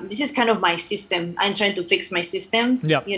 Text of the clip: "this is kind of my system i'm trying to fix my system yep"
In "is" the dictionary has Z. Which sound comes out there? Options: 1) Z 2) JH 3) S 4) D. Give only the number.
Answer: 3